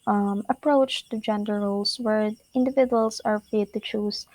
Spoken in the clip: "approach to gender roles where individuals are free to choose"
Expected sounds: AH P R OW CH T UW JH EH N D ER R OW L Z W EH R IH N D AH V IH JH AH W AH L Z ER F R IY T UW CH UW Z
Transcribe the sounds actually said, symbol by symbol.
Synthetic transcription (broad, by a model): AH P R OW CH T UW JH EH N D ER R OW L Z W EH R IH N D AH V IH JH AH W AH L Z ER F IY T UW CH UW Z